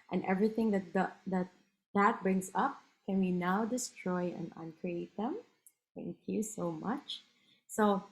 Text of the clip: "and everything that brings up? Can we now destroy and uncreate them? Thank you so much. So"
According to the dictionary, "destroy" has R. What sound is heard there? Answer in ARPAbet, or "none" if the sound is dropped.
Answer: R